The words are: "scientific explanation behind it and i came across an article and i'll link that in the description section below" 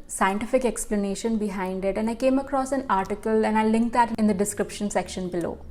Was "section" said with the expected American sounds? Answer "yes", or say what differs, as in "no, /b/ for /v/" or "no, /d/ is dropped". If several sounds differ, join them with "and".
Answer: yes